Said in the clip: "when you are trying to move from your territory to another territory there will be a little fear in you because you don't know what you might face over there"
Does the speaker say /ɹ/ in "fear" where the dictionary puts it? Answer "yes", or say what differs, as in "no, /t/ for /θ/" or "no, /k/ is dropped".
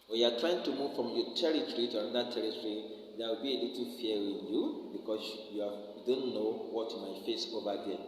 no, /w/ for /ɹ/